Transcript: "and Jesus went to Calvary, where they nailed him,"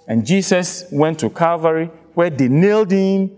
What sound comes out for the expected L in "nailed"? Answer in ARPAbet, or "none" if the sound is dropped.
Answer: L